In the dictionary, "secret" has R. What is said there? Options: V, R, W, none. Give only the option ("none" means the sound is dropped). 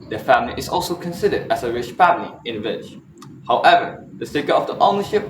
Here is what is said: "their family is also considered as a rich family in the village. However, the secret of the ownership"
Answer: none